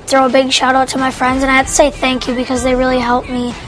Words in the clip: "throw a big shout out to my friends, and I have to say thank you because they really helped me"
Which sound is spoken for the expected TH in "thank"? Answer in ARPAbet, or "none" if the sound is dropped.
TH